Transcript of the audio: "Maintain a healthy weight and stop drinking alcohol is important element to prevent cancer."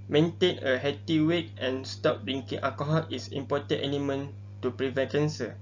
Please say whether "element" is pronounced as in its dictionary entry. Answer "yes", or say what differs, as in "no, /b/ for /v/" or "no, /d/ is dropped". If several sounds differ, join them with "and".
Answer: no, /n/ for /l/